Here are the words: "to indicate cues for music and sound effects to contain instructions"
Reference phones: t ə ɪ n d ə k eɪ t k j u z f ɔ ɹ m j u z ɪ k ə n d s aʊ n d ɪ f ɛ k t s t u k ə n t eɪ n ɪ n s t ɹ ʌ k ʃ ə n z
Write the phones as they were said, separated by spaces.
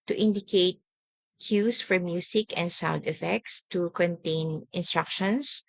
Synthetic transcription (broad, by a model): t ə ɪ n d ə k eɪ t k j u s f ɔ ɹ m j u s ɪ k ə n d s aʊ n d ɪ f ɛ k t s t u k ə n t eɪ n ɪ n s t ɹ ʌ k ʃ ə n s